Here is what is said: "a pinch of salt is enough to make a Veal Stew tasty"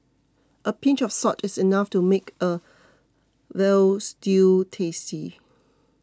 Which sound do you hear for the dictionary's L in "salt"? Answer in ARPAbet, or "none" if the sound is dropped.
none